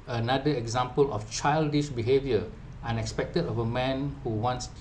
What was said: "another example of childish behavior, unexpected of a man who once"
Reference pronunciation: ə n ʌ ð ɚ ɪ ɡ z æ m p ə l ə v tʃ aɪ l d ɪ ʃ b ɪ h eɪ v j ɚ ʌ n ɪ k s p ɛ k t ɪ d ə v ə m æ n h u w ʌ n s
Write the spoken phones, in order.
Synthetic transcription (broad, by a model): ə n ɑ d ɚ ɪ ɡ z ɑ m p ə l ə f tʃ aɪ l d ɪ ʃ b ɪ h eɪ v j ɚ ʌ n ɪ k s p ɛ k t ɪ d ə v ə m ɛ n h u w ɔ n s